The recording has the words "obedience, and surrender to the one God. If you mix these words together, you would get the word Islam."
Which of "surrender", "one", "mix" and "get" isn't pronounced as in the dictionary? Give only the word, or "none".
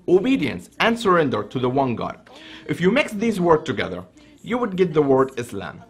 none